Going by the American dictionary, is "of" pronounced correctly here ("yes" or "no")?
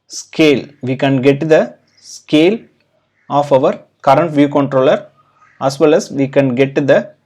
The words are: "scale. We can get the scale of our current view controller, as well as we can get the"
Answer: yes